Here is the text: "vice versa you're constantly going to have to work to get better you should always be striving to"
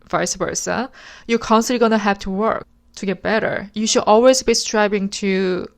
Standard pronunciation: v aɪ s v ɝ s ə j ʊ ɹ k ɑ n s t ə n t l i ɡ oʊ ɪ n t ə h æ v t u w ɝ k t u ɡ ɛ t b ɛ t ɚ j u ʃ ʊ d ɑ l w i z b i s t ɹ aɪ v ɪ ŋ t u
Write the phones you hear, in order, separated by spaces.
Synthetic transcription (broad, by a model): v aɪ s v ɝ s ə j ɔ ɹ k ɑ n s t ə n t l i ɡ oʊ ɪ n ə h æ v t u w ɝ k t u ɡ ɛ t b ɛ t ɚ j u ʃ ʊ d ɑ l w i z b i s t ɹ aɪ b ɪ ŋ t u